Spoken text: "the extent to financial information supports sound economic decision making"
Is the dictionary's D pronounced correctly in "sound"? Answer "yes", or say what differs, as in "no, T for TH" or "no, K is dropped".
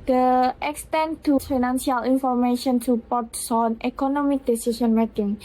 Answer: no, D is dropped